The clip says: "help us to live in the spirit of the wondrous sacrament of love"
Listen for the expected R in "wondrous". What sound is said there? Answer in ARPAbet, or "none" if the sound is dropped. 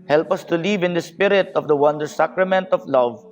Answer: none